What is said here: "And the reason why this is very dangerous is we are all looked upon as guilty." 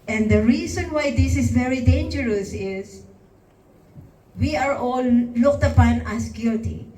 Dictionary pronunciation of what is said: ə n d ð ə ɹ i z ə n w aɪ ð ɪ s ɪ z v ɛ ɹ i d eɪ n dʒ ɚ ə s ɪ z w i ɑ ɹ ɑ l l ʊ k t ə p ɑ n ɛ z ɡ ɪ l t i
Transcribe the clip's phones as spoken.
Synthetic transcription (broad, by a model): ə n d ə ɹ i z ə n w aɪ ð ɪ s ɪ s v ɛ ɹ i d eɪ n dʒ ɚ ə s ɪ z w i ɑ ɹ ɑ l l ʊ k t ə p ɑ n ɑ s ɡ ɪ l t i